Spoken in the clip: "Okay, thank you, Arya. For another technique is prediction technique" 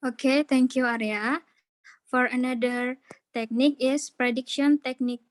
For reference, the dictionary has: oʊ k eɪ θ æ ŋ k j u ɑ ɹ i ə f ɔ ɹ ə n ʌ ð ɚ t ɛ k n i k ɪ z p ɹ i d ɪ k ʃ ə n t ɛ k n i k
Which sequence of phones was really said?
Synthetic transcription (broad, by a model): oʊ k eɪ t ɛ ŋ k j u ɑ ɹ i ə f ɔ ɹ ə n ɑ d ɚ t ɛ k n i k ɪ s p ɹ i d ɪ k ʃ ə n t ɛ k n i k